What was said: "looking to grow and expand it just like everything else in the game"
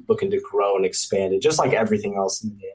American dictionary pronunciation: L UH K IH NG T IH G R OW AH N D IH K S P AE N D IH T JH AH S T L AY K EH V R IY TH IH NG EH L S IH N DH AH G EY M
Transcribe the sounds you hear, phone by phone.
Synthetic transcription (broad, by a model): L UH K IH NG T IH G R OW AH N IH K S P AE N D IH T JH AH S T L AY K EH V R IY TH IH NG EH L S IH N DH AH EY